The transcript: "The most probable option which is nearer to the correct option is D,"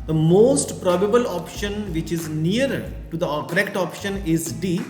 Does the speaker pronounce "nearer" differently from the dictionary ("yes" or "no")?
yes